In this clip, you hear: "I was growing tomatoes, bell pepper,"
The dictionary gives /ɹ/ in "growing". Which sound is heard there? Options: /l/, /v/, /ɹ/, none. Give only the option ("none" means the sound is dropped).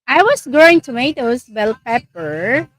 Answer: none